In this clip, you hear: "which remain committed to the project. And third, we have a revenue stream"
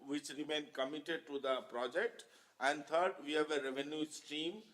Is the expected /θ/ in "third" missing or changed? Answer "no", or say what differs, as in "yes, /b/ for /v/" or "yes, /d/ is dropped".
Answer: yes, /t/ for /θ/